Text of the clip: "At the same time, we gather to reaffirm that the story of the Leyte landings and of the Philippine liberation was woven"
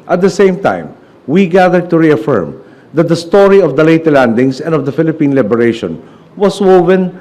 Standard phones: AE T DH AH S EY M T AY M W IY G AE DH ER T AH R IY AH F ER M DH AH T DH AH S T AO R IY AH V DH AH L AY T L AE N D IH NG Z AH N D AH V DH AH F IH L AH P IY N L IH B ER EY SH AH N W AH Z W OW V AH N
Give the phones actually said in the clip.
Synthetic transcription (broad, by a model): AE T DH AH S EY M T AY M W IY G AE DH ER T AH R IY AH F ER M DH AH T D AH S T AO R IY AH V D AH L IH T L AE N D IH NG S AH N D AH V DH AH F IH L AH P IY N L IH B ER EY SH AH N W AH S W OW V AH N